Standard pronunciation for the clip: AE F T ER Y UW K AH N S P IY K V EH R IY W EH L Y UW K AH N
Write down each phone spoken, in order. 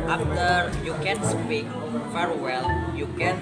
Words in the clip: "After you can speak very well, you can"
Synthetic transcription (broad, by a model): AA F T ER Y UW K AH N S P IY K F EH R W EH L Y UW K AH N